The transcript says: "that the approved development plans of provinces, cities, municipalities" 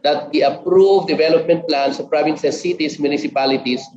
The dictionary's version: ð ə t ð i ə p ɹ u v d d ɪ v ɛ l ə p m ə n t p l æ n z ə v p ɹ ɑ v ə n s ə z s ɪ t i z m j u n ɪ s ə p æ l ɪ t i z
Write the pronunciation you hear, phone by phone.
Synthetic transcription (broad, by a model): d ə t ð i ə p ɹ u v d d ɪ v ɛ l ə p m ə n t p l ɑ n s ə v p ɹ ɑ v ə n s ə s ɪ t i s m j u n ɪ s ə p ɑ l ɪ t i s